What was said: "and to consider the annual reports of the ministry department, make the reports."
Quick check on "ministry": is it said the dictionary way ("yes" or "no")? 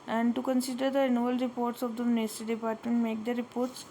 no